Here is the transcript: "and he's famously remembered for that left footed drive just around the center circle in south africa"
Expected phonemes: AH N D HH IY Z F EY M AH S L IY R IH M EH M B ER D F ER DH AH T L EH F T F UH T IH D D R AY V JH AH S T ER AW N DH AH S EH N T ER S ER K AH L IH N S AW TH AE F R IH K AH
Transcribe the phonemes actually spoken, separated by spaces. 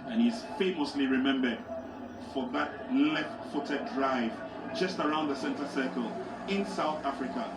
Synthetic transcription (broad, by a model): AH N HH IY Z F EY M AH S L IY R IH M EH M B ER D F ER DH AH T L EH F T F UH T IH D D R AY V JH AH S T ER AW N DH AH S EH N T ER S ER K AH L IH N S AW TH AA F R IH K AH